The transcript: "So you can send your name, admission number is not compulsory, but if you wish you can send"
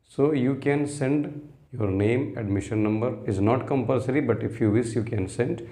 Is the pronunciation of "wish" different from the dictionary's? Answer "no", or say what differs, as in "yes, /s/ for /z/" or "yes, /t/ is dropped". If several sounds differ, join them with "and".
yes, /s/ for /ʃ/